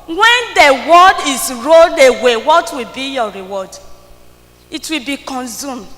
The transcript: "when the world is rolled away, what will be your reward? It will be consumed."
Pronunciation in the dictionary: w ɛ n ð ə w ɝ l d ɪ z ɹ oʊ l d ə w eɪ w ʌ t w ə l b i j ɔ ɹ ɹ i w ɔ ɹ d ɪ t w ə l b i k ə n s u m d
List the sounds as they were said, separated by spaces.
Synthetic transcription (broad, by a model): w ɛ n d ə w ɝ d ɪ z ɹ oʊ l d ə w eɪ w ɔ t w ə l b i j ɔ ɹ ɹ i w ɔ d ɪ t w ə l b i k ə n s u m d